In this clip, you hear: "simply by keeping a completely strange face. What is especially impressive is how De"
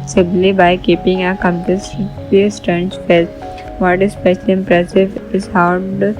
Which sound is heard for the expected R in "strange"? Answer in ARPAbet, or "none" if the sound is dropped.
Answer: none